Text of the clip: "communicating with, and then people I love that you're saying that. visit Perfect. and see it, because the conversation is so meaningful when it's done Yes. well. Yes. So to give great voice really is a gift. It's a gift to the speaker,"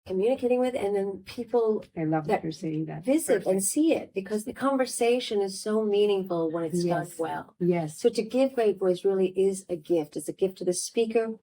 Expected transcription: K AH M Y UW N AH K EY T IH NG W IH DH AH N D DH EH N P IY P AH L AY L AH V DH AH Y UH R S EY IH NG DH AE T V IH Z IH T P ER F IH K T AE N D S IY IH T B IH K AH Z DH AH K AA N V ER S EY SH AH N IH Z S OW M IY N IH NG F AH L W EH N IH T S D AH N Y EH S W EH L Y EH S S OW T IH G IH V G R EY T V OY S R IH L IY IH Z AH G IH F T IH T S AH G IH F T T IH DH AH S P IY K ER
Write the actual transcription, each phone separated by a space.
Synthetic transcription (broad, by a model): K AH M Y UW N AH K EY T IH NG W IH DH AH N DH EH N P IY P L AY L AH V DH AH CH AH R S EY IH NG DH AE T V IH Z IH T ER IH N S IY IH T B IH K AH Z DH AH K AA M V ER S EY SH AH N IH Z S OW M IY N IH NG F L W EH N IH T S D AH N W EH L Y EH S S OW T IH G IH V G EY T B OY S R IH L IY IH Z AH G IH F T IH T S AH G IH F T T IH DH AH S P IY K ER